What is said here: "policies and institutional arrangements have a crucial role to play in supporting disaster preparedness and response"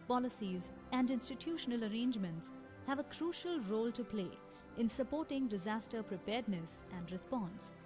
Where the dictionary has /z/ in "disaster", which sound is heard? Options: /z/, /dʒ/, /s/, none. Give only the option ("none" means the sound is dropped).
/z/